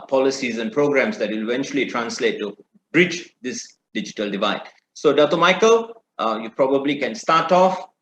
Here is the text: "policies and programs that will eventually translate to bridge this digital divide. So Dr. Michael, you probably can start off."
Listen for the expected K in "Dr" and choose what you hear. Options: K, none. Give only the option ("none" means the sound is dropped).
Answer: none